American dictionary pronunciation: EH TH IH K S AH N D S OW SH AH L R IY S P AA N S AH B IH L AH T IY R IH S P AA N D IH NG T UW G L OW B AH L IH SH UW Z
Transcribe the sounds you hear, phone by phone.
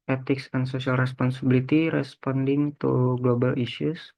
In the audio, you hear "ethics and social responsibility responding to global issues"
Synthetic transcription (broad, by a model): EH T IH K S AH N S OW S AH L R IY S P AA N S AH B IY L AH T IY R IH S P AA N D IH NG T UW G L OW B AH L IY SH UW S